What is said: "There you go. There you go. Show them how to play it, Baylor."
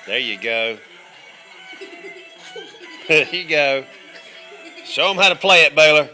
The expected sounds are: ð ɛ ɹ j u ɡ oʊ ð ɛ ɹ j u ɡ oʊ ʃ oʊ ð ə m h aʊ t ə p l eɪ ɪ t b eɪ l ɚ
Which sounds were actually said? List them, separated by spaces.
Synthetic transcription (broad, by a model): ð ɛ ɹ j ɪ ɡ oʊ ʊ j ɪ ɡ oʊ s oʊ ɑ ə m h aʊ t ə p l eɪ ɪ t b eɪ l ɚ